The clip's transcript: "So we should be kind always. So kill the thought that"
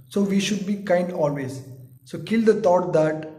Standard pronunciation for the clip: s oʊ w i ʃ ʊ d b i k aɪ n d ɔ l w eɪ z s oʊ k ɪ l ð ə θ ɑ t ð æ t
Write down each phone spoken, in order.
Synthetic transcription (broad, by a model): s oʊ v i ʃ ʊ d b i k aɪ n d ɔ l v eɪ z s oʊ k ɪ l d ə t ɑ t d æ t